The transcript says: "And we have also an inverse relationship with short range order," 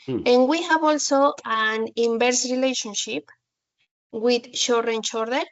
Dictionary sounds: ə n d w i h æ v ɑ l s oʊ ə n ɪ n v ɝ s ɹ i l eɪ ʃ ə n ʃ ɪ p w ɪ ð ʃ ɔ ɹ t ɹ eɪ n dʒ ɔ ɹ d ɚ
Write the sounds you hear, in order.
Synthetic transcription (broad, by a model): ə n w i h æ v ɑ l s oʊ ə n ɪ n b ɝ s ɹ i l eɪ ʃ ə n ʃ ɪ p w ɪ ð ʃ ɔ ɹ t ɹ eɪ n tʃ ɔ ɹ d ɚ